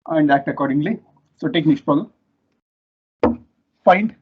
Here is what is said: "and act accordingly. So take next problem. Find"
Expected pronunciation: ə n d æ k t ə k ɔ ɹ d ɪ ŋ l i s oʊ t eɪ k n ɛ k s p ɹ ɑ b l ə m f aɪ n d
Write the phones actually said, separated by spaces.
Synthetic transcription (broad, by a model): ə n d æ k t ə k ɔ ɹ d ɪ ŋ l i s oʊ t eɪ k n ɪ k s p ɑ l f aɪ n d